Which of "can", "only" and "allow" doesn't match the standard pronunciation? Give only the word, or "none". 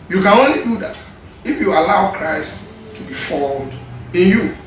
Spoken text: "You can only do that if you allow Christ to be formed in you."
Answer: none